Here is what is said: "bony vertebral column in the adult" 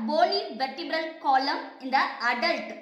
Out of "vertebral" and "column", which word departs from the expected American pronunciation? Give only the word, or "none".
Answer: vertebral